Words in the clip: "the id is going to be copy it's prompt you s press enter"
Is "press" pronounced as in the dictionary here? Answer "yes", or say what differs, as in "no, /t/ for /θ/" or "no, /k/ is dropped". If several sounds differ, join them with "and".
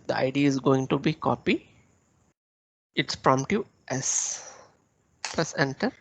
no, /l/ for /ɹ/